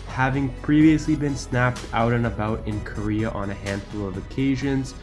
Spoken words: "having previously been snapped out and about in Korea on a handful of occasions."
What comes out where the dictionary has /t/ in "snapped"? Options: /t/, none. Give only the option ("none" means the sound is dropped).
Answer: /t/